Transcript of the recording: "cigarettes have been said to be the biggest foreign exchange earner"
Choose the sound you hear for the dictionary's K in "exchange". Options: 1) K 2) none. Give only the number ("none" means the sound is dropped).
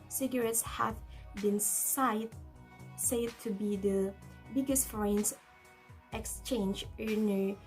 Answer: 1